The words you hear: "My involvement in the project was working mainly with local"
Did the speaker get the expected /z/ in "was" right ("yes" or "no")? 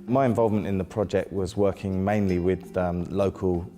yes